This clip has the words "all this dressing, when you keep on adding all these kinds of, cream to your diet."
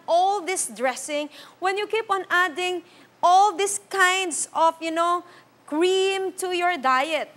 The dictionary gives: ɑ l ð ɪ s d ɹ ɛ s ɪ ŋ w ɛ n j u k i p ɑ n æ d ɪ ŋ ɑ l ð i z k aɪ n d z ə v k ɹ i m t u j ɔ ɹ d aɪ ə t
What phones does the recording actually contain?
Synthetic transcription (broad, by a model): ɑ l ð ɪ s d ɹ ɛ s ɪ ŋ w ɛ n j u k i p ɑ n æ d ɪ ŋ ɑ l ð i s k aɪ n d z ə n k ɹ i m t u j ɔ ɹ d aɪ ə t